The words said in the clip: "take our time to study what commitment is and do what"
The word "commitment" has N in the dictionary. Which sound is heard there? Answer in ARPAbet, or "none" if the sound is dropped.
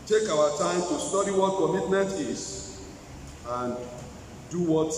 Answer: none